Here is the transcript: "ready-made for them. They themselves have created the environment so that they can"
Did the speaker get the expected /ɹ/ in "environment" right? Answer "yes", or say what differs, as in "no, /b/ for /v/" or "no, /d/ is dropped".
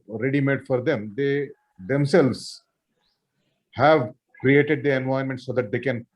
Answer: no, /ɹ/ is dropped